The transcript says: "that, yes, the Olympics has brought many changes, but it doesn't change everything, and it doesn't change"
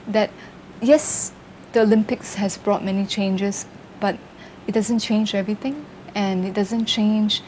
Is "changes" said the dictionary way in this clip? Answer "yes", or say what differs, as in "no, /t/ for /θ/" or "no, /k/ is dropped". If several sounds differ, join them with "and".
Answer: no, /s/ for /z/